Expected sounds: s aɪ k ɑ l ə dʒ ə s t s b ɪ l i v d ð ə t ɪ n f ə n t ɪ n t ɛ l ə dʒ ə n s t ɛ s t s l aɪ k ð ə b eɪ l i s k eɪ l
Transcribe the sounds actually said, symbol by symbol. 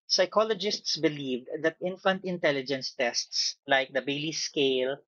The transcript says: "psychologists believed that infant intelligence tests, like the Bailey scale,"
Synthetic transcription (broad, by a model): s aɪ k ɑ l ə dʒ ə s t s b ɪ l i v d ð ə t ɪ n f ə n t ɪ n t ɛ l ə dʒ ə n s t ɛ s t s l aɪ k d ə b eɪ l i s k eɪ l